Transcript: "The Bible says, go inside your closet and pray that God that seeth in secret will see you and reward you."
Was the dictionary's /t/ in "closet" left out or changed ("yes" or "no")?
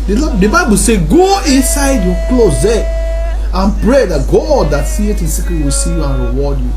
yes